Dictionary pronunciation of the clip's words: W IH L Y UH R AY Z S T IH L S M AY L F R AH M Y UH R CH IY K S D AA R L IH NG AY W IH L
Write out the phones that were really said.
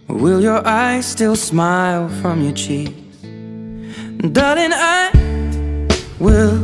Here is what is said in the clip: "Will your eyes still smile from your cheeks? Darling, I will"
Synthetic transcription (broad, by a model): W IH L Y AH R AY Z S T IH L S M AY L F R AH M Y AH R CH IY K D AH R IH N AY W IH L